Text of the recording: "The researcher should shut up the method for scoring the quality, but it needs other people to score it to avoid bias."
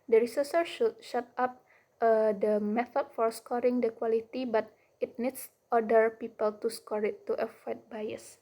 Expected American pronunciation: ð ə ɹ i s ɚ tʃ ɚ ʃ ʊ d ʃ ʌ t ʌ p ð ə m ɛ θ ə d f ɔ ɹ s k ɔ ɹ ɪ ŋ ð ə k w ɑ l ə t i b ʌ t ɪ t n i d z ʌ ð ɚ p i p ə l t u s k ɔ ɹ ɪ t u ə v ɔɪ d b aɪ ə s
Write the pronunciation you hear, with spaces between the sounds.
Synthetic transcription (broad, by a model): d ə ɹ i s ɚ s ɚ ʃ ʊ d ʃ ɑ t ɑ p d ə m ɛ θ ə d f ɔ ɹ s k ɔ ɹ ɪ ŋ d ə k w ɑ l ə t i b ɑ t ɪ t n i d s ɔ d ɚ p i p ə l t u s k ɔ ɹ ɪ t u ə f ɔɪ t b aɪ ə s